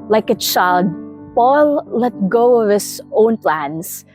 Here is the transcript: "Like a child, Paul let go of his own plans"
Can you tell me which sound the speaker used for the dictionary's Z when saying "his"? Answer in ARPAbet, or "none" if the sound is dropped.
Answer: S